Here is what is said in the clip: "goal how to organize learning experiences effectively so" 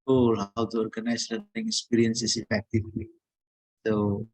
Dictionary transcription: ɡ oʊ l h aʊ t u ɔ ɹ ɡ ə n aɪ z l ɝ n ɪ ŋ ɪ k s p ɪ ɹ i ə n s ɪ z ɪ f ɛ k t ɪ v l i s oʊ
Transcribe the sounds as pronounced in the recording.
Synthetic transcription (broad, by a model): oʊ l h aʊ t u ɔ ɹ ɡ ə n aɪ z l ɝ ɪ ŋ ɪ k s p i ɹ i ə n s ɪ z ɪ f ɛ k t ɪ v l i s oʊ